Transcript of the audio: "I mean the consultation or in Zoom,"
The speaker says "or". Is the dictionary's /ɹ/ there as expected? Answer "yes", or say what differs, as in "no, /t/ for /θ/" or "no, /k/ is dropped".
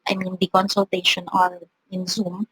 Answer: no, /l/ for /ɹ/